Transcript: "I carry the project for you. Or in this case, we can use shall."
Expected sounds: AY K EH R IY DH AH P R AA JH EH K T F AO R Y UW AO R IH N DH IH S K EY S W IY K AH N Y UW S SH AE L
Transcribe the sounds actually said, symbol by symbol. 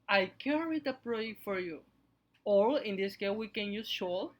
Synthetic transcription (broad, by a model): AY K EH R IY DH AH P R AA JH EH K T F AO R Y UW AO L IH N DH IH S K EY W IY K AH N Y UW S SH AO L